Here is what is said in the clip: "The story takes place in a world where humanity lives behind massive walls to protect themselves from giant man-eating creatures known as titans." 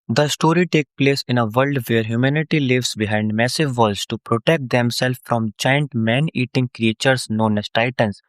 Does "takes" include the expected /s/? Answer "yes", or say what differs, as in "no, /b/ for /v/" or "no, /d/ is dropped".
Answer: no, /s/ is dropped